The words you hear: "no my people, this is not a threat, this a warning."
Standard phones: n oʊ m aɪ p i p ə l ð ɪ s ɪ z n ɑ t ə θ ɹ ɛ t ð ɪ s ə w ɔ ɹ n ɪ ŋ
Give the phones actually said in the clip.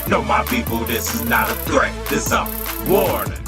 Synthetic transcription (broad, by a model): n oʊ m aɪ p i p l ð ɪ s ɪ z n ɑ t ə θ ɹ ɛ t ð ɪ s ə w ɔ ɹ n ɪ